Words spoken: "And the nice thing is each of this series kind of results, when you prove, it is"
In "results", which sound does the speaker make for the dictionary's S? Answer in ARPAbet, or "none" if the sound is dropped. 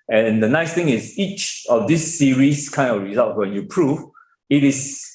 none